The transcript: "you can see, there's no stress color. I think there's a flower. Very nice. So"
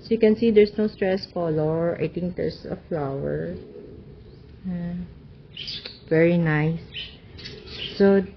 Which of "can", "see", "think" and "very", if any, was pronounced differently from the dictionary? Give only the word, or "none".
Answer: think